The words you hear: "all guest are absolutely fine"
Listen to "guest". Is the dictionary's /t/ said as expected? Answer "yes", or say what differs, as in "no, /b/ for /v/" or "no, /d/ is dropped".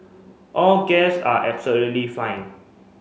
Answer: no, /t/ is dropped